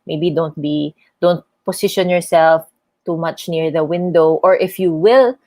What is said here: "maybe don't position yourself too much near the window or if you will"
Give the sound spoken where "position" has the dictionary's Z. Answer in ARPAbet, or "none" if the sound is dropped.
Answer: S